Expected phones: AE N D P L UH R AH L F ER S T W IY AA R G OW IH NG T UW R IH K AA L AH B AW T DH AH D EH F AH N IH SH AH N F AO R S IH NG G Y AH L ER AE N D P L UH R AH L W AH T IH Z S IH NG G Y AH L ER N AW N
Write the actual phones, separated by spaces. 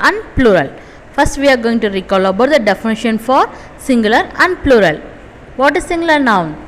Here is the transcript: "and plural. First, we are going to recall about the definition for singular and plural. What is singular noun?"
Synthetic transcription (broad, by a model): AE N D P L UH R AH L F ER S T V IY AA R G OW IH NG T UW R IH K AA L AH B AW T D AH D EH F AH N IH SH AH N F AO R S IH NG G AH L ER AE N D P L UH R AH L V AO T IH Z S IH NG G L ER N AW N